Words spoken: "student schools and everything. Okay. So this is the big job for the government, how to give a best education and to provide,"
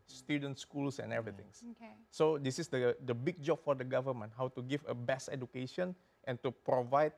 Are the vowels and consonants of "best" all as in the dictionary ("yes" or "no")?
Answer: no